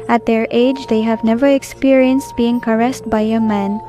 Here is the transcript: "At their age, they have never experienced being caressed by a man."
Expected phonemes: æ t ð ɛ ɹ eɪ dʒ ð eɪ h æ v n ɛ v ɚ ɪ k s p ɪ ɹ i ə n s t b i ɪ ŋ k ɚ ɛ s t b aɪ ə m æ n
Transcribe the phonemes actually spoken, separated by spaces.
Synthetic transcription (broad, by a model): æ t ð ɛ ɹ eɪ dʒ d eɪ h æ v n ɛ v ɚ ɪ k s p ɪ ɹ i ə n s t b i ɪ ŋ k ɚ ɛ s t b aɪ ə m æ n